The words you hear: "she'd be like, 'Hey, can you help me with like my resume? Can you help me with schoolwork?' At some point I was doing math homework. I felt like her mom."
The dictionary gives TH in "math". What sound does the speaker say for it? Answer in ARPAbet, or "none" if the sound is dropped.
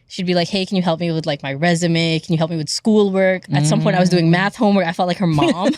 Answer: TH